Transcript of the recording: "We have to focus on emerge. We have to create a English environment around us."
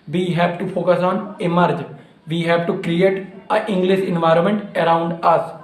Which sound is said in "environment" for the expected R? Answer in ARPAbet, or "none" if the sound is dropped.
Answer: R